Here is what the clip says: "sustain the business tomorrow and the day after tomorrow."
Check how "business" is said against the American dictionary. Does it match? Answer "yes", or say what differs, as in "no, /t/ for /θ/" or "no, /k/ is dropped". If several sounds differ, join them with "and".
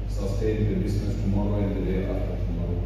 no, /s/ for /z/